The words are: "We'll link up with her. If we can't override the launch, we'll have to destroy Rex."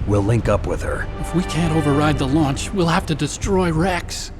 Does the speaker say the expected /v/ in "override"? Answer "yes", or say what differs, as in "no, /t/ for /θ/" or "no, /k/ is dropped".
yes